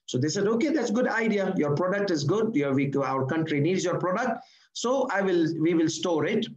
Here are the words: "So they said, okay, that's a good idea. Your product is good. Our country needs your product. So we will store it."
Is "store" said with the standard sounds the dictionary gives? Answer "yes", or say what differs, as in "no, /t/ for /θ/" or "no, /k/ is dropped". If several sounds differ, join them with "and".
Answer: yes